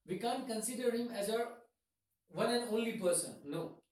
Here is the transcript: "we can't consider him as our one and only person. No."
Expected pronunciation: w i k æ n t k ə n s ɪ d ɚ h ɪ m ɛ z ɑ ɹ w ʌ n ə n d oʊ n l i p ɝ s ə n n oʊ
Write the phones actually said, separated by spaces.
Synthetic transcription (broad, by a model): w i k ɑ n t k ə n s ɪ d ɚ h ɪ m ɛ z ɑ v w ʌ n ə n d oʊ n l i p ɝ s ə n n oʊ